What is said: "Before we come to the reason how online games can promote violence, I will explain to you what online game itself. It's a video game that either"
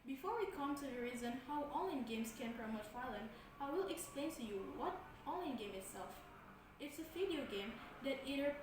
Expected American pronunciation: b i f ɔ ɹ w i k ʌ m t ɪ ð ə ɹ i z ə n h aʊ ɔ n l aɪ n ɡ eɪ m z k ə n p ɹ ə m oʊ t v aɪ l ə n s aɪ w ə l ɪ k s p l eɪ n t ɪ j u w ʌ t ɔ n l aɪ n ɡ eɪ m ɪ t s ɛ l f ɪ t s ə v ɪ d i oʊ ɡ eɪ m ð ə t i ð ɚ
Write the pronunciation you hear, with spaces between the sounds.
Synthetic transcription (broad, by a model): b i f ɔ ɹ w i k ʌ m t ɪ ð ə ɹ i z ə n h aʊ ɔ l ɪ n ɡ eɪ m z k ə n p ɹ ə m oʊ t f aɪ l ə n aɪ w ə l ɪ k s p l eɪ n t ɪ j u w ʌ t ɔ l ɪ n ɡ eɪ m ɪ t s ɛ l f ɪ t s ə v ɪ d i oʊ ɡ eɪ m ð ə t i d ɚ